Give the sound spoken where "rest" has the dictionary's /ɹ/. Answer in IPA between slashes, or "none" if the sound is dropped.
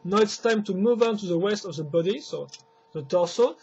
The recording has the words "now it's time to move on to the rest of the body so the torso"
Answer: /w/